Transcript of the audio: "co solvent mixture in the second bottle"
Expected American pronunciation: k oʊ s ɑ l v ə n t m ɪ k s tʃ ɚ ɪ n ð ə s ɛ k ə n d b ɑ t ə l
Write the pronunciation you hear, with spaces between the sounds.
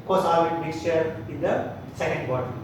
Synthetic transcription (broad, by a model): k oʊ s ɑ v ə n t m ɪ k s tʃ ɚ ɪ n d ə s ɛ k ə n d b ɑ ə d